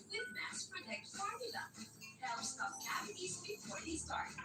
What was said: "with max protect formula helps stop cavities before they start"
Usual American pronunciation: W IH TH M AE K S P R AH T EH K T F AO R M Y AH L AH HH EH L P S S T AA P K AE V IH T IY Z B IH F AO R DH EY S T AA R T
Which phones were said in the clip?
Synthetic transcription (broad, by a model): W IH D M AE S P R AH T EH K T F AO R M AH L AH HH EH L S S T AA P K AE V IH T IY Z B IH F AO R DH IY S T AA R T